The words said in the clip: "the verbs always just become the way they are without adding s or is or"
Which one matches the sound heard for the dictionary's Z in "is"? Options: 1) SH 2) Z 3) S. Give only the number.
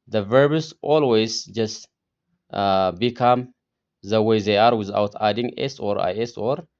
3